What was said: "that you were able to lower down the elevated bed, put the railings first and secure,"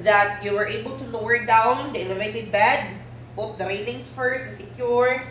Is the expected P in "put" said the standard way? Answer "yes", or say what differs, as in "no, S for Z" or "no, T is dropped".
no, B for P